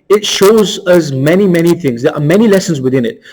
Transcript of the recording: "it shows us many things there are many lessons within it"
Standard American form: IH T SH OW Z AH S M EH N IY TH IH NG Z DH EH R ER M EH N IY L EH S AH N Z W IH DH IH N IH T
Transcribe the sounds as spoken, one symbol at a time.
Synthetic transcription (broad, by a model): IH T SH OW Z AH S M EH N IY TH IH NG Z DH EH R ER M EH N IY L EH S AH N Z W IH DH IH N IH T